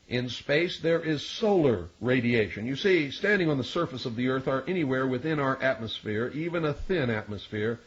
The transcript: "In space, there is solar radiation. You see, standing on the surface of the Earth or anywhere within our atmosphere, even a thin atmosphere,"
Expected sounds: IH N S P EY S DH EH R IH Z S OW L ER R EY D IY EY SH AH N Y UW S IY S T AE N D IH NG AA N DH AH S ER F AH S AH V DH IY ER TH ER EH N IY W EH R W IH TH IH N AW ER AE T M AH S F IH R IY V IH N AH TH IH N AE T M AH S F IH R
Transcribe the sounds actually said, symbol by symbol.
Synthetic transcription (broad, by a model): IH N S P EY S DH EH R IH Z S OW L ER R EY D IY EY SH AH N Y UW S IY S T AE N D IH NG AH N DH AH S ER F AH S AH V DH IY ER TH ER EH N IY W EH R W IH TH IH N AW ER AE T M AH S F IH R IY V IH N AH TH IH N AE T M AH S F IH R